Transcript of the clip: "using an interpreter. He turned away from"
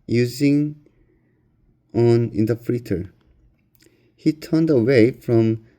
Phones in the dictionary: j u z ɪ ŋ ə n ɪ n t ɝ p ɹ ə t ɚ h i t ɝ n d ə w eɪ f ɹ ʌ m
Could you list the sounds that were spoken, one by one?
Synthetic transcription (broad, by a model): j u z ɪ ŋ ə n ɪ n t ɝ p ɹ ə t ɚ h i t ɝ n d ə w eɪ f ɹ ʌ m